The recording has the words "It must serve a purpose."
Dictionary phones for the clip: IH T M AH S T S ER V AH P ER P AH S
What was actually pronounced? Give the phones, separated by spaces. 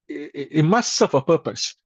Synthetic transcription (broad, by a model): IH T M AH S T S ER F AH P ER P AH S